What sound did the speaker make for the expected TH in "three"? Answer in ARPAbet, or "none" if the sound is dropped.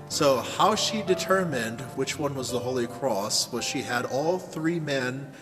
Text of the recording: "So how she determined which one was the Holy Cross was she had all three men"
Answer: TH